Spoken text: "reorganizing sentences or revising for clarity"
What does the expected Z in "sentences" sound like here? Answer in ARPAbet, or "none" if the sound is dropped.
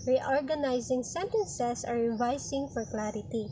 S